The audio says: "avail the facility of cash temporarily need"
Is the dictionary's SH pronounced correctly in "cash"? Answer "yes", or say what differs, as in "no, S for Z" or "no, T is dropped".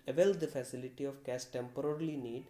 no, S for SH